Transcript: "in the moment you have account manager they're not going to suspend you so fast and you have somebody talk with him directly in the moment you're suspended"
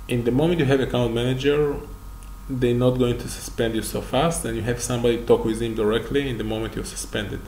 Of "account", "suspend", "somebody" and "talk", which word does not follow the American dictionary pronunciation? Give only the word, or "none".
none